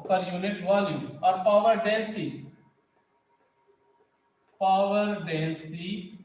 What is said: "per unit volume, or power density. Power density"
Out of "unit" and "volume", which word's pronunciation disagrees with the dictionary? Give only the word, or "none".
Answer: volume